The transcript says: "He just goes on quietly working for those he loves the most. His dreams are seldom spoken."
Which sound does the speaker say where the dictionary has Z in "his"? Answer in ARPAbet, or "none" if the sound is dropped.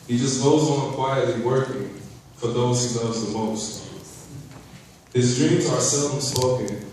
Z